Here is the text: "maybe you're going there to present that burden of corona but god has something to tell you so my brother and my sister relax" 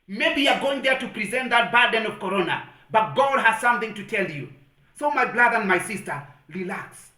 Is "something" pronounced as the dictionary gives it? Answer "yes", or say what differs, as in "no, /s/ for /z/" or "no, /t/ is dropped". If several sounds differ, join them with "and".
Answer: yes